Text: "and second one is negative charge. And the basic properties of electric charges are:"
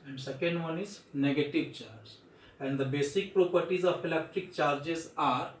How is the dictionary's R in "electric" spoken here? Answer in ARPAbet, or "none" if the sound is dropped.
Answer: R